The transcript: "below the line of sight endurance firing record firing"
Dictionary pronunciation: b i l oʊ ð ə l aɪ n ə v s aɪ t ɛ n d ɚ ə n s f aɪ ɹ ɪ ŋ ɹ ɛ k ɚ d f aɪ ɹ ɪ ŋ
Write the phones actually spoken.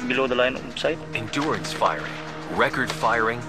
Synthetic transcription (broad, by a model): b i l oʊ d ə l aɪ n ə p s aɪ t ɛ n d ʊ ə n s f aɪ ɹ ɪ ŋ ɹ ɛ k ɚ d f aɪ ɹ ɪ ŋ